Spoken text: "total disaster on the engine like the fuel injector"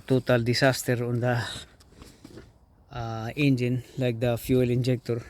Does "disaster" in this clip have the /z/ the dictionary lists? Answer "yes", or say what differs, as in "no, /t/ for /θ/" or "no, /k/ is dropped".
no, /s/ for /z/